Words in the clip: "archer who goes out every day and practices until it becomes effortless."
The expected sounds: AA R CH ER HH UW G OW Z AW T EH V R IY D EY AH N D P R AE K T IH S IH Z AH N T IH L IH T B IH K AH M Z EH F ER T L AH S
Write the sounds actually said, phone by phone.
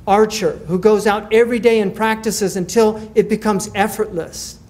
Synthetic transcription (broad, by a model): AA R CH ER HH UW G OW Z AW T EH V R IY D EY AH N P R AE K T IH S IH Z AH N T IH L IH T B IH K AH M Z EH F ER T L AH S